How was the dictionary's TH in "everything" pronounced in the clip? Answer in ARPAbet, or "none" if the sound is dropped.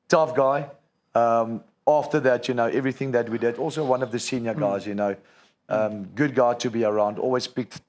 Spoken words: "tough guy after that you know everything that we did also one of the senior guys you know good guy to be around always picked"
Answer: TH